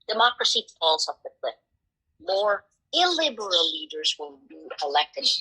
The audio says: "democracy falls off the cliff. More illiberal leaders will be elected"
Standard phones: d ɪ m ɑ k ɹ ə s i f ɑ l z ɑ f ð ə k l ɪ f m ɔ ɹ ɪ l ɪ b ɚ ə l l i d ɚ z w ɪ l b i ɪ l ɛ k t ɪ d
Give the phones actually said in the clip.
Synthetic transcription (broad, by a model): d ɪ m ɑ k ɹ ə s i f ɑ l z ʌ p ð ə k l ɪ p m ɔ ɹ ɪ l ɪ b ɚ ə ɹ l i d ɚ z w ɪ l b i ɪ l ɛ k t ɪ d